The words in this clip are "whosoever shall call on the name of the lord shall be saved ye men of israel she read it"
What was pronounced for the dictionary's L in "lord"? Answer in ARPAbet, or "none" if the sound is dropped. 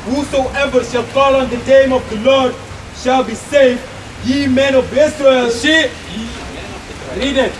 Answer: L